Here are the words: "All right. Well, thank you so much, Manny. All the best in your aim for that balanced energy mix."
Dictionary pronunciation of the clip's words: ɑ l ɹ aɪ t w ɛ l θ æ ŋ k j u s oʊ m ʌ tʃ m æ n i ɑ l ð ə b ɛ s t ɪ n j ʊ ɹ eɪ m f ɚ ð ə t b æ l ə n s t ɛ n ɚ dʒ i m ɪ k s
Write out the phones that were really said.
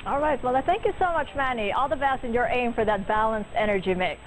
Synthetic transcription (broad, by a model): ɑ l ɹ aɪ t w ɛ l θ æ ŋ k j u s oʊ m ʌ tʃ m æ n i ɑ l ð ə b ɛ s t ɪ n j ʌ ɹ eɪ m f ɚ ð ə t b æ l ə n s t ɛ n ɚ dʒ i m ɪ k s